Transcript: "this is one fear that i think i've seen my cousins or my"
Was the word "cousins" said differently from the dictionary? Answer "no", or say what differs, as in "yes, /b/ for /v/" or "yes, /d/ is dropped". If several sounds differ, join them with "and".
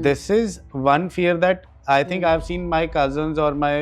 no